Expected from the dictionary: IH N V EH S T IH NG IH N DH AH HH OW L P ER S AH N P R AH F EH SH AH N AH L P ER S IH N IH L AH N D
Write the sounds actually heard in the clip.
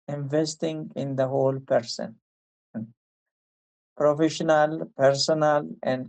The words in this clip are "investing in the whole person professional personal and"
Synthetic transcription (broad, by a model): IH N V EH S T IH NG IH N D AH HH OW L P ER S AH N P R AH F EH SH AH N AH L P ER S IH N IH L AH N D